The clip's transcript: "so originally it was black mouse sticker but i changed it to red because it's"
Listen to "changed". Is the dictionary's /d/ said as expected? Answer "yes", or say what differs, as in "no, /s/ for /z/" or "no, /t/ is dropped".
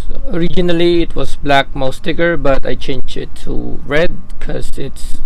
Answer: no, /d/ is dropped